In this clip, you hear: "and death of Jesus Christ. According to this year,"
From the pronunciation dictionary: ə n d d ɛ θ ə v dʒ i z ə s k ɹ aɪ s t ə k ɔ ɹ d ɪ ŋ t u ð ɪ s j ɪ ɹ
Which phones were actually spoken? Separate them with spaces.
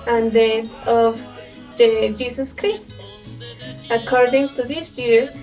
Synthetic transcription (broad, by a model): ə n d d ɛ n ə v dʒ i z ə s k ɹ aɪ s t ə k ɔ ɹ d ɪ ŋ t u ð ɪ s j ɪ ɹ